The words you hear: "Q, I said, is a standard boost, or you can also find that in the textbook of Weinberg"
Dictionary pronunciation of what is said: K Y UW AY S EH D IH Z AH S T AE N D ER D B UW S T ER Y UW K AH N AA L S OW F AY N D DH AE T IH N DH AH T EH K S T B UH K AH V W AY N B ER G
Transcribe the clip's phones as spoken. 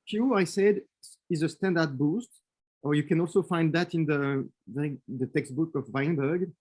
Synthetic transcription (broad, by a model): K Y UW AY S EH D IH Z AH S T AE N D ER D B UW S T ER Y UW K AH N AA L S OW F AY N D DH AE T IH N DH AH T EH K S T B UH K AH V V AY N B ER G